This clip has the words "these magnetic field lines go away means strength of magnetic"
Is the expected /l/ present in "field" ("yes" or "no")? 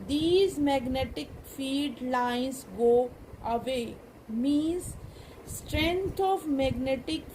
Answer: no